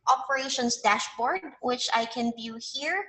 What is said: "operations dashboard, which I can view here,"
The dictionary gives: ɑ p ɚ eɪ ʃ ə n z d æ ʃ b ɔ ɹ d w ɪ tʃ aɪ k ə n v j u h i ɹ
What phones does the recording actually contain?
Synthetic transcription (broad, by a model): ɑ p ɚ eɪ ʃ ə n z d æ ʃ b ɔ ɹ d w ɪ tʃ aɪ k ə n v j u h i ɹ